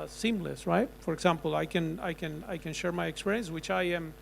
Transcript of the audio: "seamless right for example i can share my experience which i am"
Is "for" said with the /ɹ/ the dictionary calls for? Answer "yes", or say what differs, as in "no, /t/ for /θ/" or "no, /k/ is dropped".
yes